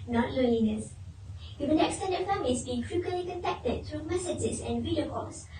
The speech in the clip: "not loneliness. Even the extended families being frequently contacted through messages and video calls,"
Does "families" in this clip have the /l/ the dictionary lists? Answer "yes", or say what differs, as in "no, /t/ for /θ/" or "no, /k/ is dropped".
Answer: no, /l/ is dropped